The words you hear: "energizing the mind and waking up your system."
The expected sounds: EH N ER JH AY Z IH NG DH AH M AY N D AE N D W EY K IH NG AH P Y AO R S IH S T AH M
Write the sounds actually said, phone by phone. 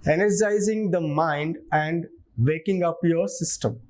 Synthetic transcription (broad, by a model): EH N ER JH AY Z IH NG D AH M AY N D AE N D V EY K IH NG AH P Y AO R S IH S T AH M